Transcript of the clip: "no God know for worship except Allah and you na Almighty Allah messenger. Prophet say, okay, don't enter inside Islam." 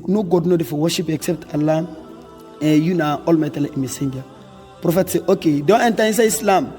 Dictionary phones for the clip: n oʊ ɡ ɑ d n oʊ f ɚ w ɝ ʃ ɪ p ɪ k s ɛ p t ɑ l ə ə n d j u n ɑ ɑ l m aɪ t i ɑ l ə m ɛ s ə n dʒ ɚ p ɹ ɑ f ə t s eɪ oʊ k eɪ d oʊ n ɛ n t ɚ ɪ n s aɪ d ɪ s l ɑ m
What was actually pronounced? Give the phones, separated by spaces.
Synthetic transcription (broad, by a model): n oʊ ɡ ɑ d n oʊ f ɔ w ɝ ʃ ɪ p ɪ k s ɛ p t ɑ l ə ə j u n ɑ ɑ l m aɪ t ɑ l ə m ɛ s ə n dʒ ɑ p ɹ ɑ f ə t s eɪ oʊ k eɪ d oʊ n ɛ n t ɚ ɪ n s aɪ ɪ s l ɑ m